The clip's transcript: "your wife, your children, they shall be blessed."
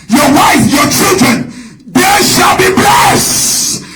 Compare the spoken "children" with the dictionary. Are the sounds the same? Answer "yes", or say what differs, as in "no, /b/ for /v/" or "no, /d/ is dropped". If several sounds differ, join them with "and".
yes